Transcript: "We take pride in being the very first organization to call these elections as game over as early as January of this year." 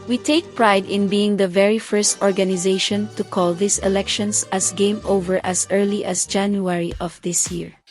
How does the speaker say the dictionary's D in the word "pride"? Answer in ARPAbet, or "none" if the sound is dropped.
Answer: D